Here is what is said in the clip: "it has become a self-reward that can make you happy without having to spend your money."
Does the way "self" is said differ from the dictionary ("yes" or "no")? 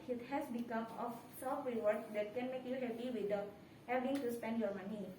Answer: yes